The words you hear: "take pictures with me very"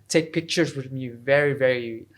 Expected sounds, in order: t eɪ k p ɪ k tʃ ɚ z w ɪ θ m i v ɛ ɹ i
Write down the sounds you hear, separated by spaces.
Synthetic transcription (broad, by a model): t eɪ k p ɪ k tʃ ɚ z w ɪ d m i v ɛ ɹ i